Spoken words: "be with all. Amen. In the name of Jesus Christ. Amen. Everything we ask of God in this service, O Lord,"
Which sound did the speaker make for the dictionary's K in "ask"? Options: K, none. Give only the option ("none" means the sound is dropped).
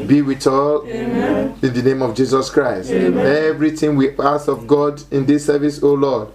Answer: none